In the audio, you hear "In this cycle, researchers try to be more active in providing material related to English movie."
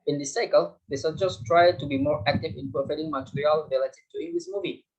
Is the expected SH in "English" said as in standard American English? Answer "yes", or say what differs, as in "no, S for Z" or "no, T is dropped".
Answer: no, S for SH